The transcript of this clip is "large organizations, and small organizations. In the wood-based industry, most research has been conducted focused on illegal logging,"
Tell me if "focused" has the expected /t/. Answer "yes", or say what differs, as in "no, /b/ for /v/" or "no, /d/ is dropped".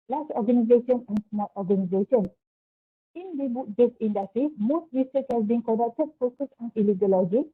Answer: no, /t/ is dropped